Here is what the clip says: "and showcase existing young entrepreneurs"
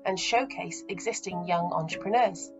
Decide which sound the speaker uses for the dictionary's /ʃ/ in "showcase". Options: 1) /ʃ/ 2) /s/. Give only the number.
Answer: 1